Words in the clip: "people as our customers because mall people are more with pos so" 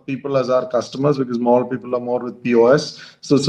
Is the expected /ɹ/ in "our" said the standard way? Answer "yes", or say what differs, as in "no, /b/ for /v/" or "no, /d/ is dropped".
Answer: yes